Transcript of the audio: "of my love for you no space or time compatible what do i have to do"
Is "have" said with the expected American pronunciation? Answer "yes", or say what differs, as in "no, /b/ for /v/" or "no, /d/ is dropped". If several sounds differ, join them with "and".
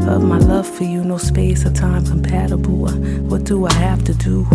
no, /f/ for /v/